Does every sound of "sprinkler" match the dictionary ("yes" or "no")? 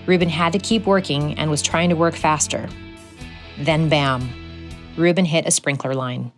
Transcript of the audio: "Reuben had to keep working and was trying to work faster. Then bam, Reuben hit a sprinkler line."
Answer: yes